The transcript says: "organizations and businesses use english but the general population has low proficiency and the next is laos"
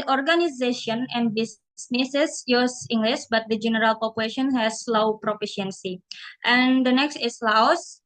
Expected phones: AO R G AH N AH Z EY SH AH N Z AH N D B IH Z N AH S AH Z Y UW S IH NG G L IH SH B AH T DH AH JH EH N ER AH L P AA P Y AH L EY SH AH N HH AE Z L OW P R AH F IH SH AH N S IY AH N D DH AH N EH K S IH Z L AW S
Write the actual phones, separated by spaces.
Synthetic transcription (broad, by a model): AO R G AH N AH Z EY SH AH N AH N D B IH S N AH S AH S Y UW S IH NG G L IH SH B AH T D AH JH EH N ER AH L P AA P Y AH L EY SH AH N HH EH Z L OW P R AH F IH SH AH N S IY AH N D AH N EH K S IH S L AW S